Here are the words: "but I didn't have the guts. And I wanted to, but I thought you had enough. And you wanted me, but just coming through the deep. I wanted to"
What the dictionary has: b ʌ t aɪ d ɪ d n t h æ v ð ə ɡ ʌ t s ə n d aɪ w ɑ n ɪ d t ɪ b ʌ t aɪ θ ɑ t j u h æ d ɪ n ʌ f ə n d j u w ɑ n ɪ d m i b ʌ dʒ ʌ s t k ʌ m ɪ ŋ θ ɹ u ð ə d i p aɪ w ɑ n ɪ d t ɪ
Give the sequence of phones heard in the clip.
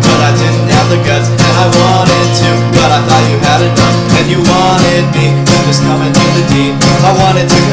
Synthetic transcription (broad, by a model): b ʌ t aɪ d ɪ d n t h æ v ð ə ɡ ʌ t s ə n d aɪ w ɑ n ɪ d t ɪ b ʌ t aɪ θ ɑ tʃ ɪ h æ d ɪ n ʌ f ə n j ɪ w ɑ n ɪ d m i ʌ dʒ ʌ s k ʌ m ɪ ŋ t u ð ə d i aɪ w ɑ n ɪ d t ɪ